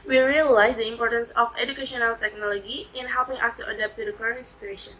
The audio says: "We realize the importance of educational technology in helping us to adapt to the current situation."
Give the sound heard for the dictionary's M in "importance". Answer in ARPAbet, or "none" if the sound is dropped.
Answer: M